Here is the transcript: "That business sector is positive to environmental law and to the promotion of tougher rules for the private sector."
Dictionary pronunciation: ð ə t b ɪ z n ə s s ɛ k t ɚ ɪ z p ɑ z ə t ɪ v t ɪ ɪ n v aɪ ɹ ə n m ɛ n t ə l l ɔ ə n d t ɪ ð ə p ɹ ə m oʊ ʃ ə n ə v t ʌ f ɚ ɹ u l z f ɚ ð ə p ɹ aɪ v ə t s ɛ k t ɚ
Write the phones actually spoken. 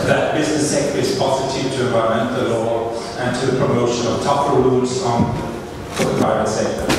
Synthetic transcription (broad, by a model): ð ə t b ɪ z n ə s s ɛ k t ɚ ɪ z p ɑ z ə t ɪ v t ɪ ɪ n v aɪ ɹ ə m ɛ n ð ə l l ɔ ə n t ɪ ð ə p ɹ ə m oʊ ʃ ə n ə v t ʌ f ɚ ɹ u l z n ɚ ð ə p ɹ aɪ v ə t s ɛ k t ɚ